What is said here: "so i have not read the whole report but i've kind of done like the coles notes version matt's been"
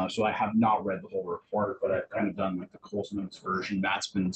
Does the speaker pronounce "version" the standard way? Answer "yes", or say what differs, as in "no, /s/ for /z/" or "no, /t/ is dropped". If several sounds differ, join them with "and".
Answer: yes